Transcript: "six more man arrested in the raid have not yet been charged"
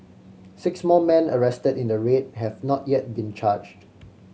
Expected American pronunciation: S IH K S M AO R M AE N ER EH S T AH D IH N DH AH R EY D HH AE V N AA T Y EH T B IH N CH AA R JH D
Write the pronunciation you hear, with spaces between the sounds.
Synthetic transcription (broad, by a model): S IH K S M AO L M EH N ER EH S T AH D IH N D AH R EY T HH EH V N AA T Y EH T B IH N CH AA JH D